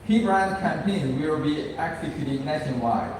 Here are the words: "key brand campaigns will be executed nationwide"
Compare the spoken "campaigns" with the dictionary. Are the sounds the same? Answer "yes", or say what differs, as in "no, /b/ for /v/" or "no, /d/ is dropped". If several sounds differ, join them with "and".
no, /z/ is dropped